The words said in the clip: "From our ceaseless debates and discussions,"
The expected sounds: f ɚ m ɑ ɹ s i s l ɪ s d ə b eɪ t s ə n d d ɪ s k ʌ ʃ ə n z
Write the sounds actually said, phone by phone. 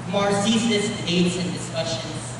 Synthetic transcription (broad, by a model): m ɑ ɹ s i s ɪ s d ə ɪ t s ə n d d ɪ s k ʌ ʃ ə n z